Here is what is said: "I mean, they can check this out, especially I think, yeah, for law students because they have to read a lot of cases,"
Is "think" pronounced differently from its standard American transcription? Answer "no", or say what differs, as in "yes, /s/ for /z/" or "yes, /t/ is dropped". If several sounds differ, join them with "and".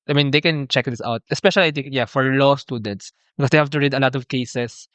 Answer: yes, /t/ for /θ/